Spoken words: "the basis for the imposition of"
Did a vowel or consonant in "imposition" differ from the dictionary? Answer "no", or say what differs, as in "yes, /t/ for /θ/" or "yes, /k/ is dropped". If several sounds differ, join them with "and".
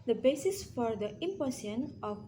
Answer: yes, /s/ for /z/ and /ʃ/ is dropped